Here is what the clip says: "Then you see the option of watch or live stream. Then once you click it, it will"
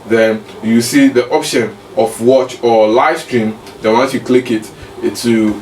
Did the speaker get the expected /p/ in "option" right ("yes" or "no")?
yes